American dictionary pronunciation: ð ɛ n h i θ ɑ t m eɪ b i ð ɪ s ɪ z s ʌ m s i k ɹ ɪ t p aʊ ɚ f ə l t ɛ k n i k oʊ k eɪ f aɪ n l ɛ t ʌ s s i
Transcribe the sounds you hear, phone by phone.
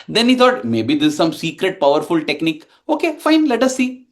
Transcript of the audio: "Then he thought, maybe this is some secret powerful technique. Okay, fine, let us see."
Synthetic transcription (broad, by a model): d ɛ n h i t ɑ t m eɪ b i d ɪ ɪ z s ʌ m s i k ɹ ɪ t p aʊ ɚ f ə l t ɛ k n i k oʊ k eɪ f aɪ n l ɛ t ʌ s s i